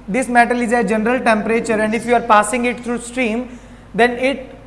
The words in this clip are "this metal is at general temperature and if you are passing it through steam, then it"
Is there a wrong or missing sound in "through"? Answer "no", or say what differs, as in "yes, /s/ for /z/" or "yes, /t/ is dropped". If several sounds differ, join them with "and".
yes, /t/ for /θ/